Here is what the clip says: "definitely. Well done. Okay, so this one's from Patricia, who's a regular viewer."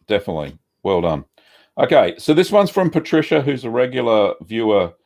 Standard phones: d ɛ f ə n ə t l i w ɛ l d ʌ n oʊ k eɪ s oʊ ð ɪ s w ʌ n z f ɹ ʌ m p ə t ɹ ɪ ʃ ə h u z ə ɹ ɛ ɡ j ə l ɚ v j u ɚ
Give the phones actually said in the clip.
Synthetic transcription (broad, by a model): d ɛ f ə n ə t l i w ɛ l d ʌ n oʊ k eɪ s oʊ ð ɪ s w ʌ n z f ɹ ʌ m p ə t ɹ ɪ ʃ ə h u z ə ɹ ɛ ɡ j l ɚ v j u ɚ